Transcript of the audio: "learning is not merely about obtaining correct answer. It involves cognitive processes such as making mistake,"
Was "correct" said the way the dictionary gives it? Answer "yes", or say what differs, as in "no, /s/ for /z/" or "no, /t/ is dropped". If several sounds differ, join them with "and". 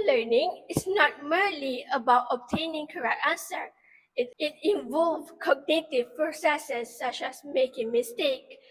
yes